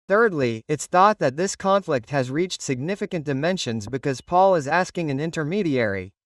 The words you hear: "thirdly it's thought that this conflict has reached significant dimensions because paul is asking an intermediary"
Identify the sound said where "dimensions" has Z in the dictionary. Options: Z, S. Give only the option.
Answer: Z